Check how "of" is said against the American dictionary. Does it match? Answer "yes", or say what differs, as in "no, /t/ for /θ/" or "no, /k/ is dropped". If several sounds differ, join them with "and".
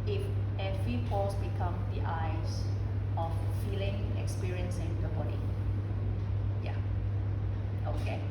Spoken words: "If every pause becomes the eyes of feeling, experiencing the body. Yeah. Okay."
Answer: no, /f/ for /v/